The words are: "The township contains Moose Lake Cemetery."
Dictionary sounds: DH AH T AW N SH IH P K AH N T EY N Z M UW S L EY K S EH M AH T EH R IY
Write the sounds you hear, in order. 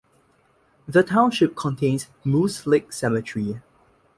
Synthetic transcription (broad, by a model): DH AH T AW N SH IH P K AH N T EY N S M UW S L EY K S EH M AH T R IY